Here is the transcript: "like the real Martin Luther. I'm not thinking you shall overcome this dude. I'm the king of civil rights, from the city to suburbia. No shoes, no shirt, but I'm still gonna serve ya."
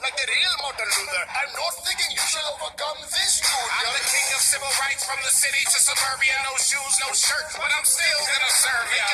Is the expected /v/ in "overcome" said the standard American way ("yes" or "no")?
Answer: no